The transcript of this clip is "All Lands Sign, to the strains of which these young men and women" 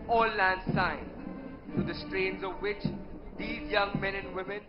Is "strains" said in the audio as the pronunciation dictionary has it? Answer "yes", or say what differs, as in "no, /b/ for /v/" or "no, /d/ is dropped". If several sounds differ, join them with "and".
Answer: yes